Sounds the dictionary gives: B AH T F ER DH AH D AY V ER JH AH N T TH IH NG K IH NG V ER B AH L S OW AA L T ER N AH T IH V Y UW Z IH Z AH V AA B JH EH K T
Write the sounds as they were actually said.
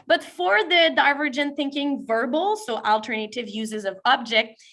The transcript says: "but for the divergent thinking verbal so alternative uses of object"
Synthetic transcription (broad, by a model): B AH T F ER DH AH D AY V ER JH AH N TH IH NG K IH NG V ER B L S OW AA L T ER N AH T IH V Y UW Z IH Z AH V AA B JH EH K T